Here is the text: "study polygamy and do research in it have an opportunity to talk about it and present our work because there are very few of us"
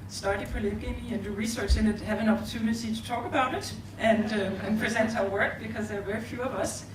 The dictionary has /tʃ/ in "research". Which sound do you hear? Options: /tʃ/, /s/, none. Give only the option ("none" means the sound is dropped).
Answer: /tʃ/